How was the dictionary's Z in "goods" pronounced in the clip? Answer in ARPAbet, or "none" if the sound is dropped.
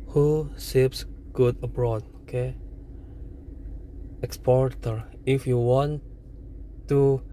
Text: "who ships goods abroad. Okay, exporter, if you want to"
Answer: none